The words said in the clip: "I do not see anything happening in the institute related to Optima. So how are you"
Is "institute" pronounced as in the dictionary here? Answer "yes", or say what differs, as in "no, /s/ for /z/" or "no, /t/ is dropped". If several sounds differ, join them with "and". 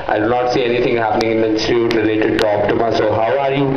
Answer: no, /n/ is dropped